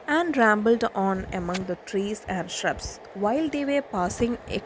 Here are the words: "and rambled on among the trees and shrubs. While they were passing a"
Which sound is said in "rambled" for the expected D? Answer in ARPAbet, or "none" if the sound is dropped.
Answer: D